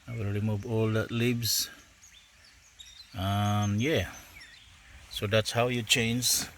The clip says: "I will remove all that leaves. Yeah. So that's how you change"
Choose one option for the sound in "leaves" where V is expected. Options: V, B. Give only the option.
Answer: B